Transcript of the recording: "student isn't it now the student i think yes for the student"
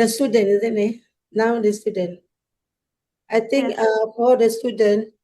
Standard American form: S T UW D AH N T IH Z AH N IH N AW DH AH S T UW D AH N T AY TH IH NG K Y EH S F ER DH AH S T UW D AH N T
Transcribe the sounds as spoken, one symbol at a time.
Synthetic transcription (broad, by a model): S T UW D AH N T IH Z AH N IH N AW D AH S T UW D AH N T AY T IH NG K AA F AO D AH S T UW D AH N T